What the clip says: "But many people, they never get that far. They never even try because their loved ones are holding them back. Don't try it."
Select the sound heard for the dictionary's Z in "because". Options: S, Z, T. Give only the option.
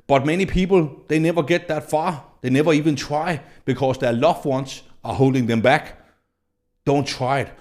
S